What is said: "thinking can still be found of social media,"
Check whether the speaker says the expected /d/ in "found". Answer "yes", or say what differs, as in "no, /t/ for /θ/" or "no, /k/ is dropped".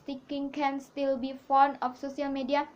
no, /d/ is dropped